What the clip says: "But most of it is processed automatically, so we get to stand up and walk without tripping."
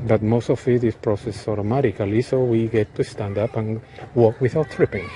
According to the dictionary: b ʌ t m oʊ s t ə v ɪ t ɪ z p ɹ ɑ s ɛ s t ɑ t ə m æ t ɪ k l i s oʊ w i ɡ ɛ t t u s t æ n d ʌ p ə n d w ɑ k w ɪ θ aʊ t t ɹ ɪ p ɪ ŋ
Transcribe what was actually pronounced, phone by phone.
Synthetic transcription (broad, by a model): b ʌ t m oʊ s t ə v ɪ t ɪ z p ɹ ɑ s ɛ s ɑ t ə m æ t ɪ k l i s oʊ w i ɡ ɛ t t u s t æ n d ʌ p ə n w ɑ k w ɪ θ aʊ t t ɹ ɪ p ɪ ŋ